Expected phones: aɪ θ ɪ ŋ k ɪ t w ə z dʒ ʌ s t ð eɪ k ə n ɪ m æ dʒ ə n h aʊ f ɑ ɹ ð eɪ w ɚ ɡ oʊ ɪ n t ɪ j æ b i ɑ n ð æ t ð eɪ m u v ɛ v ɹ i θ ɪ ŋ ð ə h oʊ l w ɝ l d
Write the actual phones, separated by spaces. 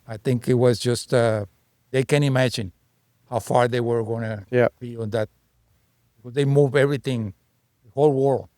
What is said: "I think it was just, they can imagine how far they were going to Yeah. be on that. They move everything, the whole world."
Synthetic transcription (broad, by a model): aɪ θ ɪ ŋ k ɪ t w ə z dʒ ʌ s t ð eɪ k ə n ɪ m æ dʒ ə n h aʊ f ɑ ɹ ð eɪ w ɚ ɡ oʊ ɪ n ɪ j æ b i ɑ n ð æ t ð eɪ m u v ɛ v ɹ i θ ɪ ŋ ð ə h oʊ l w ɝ l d